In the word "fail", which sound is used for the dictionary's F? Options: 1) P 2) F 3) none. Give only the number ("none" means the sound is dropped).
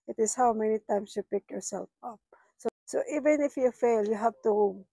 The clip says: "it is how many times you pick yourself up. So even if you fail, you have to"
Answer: 2